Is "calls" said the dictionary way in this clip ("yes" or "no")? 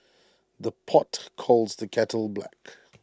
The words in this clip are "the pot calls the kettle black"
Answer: yes